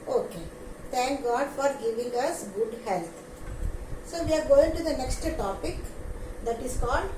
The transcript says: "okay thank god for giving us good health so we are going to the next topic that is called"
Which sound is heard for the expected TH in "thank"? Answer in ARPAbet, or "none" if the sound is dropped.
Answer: T